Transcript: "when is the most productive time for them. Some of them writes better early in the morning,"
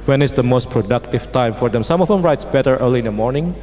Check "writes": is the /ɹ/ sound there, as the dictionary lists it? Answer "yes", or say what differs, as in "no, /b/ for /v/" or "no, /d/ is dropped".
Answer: yes